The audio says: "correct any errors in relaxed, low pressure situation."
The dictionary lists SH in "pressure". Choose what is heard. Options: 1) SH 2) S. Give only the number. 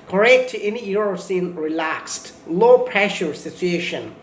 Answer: 1